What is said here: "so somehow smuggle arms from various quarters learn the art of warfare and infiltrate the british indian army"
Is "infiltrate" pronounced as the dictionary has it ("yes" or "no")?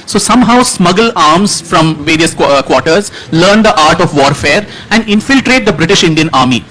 yes